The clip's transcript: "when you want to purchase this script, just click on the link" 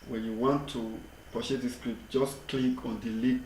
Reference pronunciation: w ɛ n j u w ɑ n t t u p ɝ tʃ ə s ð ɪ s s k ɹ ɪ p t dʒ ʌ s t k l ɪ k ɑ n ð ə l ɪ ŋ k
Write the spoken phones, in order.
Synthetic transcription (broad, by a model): w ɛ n j u w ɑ n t t u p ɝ ʃ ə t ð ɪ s s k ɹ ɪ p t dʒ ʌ s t k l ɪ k ɑ n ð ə l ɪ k